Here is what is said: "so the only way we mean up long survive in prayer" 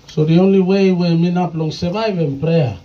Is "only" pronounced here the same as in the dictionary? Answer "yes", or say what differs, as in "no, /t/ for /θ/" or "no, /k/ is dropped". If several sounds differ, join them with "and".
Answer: yes